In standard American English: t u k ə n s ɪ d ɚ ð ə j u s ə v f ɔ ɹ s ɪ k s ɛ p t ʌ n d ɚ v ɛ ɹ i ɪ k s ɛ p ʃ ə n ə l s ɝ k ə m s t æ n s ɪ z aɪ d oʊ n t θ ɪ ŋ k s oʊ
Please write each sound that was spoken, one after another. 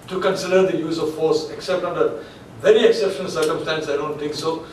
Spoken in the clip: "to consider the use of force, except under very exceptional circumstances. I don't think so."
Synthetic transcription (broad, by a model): t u k ə n s ɪ d ɚ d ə j u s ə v f ɔ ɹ s ɪ k s ɛ p t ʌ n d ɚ v ɛ ɹ i ɪ k s ɛ p ʃ ə n ə l s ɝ k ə m s t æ n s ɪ ɪ d oʊ n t t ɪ ŋ k s oʊ